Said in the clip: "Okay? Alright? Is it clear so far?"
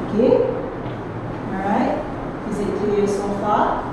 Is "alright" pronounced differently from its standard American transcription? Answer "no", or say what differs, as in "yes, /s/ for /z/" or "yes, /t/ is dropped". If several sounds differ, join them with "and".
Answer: yes, /l/ is dropped